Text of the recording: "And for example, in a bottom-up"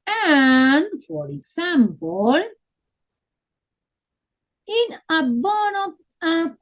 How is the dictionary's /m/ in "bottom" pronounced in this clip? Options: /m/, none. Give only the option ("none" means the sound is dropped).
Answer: none